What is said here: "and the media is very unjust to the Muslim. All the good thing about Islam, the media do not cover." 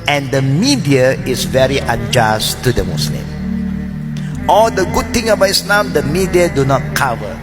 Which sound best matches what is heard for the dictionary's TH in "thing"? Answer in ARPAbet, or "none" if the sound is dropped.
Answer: T